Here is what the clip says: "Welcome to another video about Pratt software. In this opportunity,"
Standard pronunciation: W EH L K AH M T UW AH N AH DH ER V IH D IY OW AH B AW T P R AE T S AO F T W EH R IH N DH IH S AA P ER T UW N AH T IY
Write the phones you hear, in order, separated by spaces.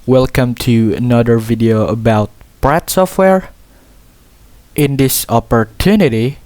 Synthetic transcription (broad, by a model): W EH L K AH M T UW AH N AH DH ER V IH D IY OW AH B AW T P R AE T S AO F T W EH R IH N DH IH S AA P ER T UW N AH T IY